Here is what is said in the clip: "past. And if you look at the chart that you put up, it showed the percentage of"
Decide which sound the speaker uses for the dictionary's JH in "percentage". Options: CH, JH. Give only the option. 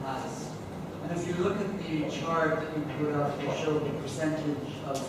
JH